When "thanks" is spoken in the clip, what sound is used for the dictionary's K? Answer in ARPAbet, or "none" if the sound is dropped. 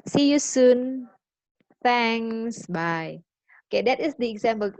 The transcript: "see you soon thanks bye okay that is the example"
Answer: none